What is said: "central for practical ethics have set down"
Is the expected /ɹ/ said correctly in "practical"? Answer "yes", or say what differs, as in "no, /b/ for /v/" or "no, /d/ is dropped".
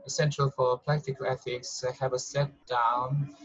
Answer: no, /l/ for /ɹ/